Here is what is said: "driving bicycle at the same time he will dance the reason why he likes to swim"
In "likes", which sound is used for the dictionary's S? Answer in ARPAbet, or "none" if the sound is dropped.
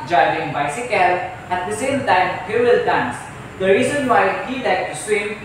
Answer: none